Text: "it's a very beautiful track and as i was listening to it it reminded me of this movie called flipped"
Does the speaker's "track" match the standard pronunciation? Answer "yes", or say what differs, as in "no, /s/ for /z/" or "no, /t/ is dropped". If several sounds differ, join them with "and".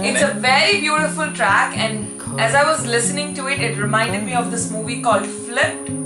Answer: yes